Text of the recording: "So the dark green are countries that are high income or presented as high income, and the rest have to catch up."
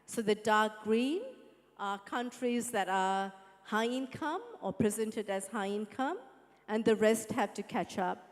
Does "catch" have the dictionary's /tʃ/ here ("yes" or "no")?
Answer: yes